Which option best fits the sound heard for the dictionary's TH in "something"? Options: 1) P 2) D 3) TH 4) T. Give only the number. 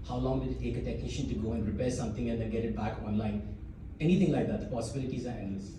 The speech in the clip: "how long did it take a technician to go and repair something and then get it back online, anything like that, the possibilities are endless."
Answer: 4